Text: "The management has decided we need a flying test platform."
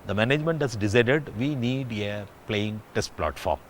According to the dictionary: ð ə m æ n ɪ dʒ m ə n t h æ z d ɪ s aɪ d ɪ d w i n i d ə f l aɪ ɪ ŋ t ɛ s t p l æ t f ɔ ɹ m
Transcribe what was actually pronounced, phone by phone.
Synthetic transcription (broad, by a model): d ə m æ n ɪ dʒ m ə n t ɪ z d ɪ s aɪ d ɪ d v i n i d ə p l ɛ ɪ ŋ t ɛ s t p l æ t f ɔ ɹ m